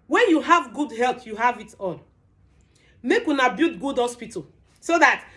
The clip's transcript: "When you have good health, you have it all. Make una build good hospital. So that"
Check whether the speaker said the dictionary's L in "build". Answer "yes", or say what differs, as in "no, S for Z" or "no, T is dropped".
no, L is dropped